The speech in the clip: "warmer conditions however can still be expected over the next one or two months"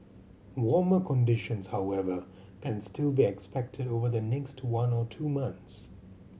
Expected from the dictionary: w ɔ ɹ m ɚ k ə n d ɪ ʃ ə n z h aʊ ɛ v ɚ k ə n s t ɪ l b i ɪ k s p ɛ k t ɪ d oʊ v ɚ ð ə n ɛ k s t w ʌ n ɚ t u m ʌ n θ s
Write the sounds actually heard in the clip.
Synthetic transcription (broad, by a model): w ɔ ɹ m ɚ k ə n d ɪ ʃ ə n z h aʊ ɛ v ɚ k ə n s t ɪ l b i ɪ k s p ɛ k t ɪ d oʊ v ɚ ð ə n ɛ k s t w ʌ n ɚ t u m ʌ n θ s